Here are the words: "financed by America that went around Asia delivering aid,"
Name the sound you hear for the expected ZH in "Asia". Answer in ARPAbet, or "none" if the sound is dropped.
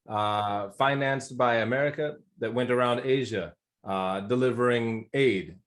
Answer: ZH